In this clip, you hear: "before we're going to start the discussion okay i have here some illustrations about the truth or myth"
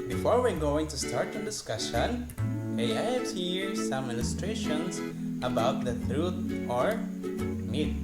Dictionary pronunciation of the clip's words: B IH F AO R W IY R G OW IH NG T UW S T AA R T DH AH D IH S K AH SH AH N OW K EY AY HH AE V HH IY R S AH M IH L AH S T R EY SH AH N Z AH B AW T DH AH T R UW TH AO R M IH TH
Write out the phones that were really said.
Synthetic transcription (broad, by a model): B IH F AO R W IY R G OW IH NG T UW S T AA R T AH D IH S K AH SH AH N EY AY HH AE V HH IY R S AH M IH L S T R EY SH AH N S AH B AW T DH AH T R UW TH AO R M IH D